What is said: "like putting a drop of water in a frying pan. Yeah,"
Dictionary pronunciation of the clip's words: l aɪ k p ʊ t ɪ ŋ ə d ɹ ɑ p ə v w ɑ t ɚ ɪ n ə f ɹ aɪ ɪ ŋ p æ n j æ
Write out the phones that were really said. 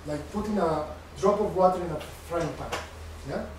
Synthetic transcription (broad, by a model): l aɪ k f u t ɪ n ə d ɹ ɑ p ə v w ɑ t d ɪ n ə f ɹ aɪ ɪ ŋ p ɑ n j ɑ